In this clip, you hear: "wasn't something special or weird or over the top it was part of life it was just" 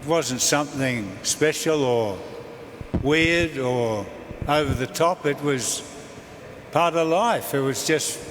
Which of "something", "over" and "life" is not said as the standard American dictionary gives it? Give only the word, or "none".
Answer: none